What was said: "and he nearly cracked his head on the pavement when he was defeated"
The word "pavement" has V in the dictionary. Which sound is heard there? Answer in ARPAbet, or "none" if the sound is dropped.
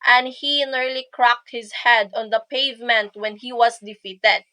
V